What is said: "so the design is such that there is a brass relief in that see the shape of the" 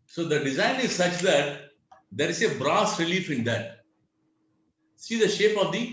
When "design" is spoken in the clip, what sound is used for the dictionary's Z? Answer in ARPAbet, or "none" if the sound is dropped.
Z